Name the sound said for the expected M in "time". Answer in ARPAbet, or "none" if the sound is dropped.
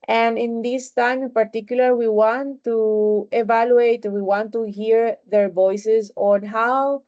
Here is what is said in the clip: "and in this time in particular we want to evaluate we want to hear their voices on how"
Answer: none